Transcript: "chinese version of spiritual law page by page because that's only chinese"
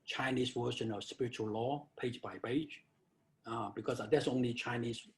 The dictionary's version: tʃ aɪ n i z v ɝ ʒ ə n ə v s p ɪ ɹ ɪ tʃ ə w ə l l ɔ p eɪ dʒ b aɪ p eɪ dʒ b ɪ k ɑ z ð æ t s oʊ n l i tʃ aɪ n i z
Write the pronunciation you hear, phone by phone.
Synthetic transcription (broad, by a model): tʃ aɪ n i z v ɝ ʃ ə n ə v s p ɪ ɹ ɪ tʃ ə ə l l ɔ p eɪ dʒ b aɪ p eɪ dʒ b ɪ k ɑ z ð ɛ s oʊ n i tʃ aɪ n i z